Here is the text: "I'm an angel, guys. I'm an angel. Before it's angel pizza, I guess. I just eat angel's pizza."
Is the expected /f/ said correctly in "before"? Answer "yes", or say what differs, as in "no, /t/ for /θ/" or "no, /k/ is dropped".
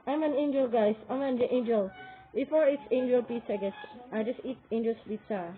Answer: yes